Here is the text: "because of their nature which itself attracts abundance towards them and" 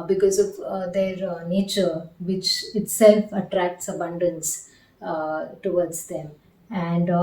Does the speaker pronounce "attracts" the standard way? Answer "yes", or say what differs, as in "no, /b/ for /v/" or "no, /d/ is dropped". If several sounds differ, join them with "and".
yes